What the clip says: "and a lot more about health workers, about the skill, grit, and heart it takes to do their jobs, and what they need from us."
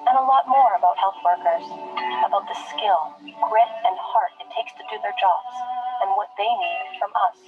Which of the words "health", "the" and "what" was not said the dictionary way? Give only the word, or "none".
none